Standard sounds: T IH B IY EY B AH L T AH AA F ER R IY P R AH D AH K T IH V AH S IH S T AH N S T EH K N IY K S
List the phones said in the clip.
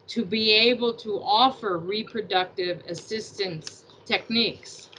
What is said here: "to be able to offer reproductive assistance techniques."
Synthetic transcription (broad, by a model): T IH B IY EY B AH L T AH AA F ER R IY P R AH D AH K T IH V AH S IH S T AH N S T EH K N IY K S